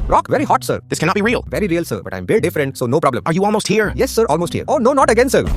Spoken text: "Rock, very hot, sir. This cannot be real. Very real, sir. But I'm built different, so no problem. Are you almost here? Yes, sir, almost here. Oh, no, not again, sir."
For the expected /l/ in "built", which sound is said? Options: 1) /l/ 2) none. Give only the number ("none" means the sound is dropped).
2